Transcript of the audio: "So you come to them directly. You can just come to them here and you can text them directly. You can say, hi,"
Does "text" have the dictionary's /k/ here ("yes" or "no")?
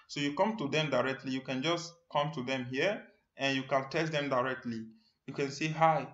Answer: no